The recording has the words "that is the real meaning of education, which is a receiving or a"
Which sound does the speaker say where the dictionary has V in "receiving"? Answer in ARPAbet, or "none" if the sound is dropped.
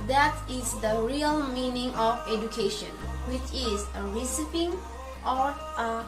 P